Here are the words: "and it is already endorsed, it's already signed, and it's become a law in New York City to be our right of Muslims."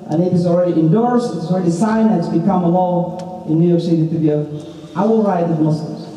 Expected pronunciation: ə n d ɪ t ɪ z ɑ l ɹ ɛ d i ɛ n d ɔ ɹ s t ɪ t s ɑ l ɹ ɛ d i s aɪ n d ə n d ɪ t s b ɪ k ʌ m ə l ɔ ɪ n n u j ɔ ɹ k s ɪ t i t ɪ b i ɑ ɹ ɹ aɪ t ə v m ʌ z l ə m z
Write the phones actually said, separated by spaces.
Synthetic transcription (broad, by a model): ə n ɪ t ɪ z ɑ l ɹ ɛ d i ɛ n d ɔ ɹ s t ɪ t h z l ɹ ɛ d i s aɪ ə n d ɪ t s b ɪ k ʌ m ə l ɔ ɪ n n u j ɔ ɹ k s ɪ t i t ɪ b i ɑ l ɹ aɪ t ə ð m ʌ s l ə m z